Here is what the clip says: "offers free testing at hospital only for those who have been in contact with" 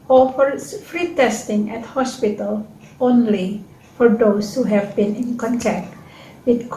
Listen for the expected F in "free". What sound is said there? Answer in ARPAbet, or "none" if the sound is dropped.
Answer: F